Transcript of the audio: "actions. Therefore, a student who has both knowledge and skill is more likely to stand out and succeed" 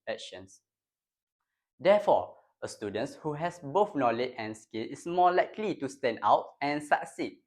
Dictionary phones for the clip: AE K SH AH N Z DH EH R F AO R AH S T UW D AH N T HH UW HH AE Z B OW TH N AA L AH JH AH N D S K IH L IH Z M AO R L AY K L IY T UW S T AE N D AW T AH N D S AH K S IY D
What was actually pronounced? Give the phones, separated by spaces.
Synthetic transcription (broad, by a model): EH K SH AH N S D EH F AO AH S T UW D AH N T HH UW HH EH S B OW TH N AA L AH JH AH N S K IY L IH S M AO L AY K L IY T UW S T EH N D AW T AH N S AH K S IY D